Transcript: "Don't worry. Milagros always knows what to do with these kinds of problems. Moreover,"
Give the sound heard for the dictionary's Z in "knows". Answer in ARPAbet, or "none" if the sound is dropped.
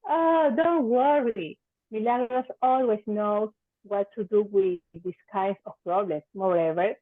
none